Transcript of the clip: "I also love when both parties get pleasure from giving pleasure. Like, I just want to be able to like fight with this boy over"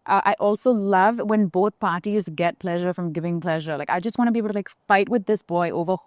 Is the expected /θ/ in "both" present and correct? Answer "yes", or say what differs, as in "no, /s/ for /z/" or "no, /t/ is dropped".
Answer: yes